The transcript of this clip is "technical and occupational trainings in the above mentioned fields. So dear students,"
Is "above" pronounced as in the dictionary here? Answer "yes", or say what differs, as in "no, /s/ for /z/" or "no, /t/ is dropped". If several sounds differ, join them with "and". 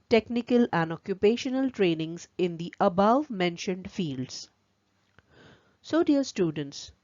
yes